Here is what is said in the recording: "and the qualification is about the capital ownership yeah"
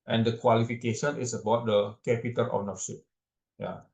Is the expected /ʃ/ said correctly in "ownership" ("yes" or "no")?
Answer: no